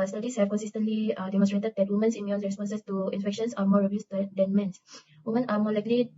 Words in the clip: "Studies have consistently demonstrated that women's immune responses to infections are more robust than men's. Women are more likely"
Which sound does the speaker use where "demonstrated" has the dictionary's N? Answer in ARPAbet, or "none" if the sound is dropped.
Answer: none